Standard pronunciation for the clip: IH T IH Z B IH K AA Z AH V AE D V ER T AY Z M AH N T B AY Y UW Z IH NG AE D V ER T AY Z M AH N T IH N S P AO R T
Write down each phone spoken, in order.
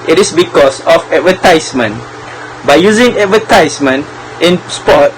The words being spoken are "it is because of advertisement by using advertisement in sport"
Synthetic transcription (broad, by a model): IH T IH S B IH K AA S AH F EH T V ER T AY S M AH N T B AY Y UW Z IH NG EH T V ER T AY S M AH N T IH N S P AO T